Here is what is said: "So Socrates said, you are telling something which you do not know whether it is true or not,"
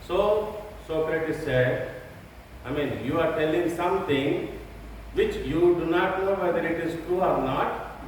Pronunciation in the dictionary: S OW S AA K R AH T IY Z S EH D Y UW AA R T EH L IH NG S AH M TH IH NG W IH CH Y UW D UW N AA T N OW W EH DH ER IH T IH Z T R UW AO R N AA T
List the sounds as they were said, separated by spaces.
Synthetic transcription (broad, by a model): S OW S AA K R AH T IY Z S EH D Y UW AA R T EH L IH NG S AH M T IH NG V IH CH Y UW D UW N AA T N OW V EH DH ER IH T IH Z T UW AO R N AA T